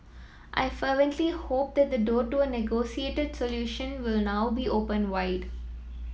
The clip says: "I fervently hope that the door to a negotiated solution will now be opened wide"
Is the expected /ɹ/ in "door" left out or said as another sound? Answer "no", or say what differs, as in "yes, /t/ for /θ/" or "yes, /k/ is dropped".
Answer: no